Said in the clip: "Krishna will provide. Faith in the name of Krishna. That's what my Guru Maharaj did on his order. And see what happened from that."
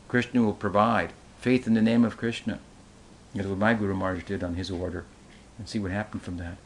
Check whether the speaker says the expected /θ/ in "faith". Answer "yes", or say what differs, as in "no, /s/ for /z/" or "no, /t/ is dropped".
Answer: yes